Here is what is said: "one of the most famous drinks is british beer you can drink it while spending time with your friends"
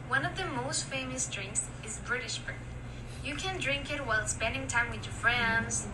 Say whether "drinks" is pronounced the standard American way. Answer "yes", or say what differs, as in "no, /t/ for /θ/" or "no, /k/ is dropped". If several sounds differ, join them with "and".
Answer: yes